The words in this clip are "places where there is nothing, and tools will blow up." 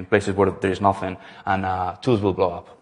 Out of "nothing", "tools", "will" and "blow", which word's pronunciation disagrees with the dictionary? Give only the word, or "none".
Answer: tools